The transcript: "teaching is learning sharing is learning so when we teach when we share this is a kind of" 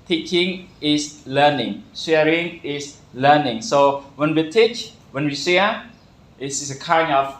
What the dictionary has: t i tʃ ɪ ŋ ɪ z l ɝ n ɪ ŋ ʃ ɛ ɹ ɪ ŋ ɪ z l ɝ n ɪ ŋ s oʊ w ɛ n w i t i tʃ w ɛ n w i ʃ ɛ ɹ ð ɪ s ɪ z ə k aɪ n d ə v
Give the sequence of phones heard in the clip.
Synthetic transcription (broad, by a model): t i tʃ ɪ ŋ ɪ s l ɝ n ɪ ŋ s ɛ ɹ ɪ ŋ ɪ s l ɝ n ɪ ŋ s oʊ w ɛ n w i t i tʃ w ɛ n w i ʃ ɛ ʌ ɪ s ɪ s ə k aɪ n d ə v